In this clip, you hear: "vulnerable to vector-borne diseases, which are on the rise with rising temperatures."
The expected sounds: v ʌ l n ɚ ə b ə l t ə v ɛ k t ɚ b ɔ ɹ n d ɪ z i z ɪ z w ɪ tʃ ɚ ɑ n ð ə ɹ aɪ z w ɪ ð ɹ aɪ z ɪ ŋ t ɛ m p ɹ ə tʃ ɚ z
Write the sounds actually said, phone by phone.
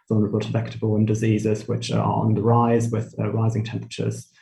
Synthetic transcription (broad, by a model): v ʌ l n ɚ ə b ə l t ə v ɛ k t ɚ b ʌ l n d ɪ z i z ɪ z w ɪ tʃ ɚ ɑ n ð ə ɹ aɪ z w ɪ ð ɹ aɪ z ɪ ŋ t ɛ m p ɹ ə tʃ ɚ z